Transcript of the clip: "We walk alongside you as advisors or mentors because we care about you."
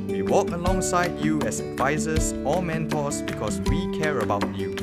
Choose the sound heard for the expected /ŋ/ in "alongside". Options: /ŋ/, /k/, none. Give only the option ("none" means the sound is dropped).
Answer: /ŋ/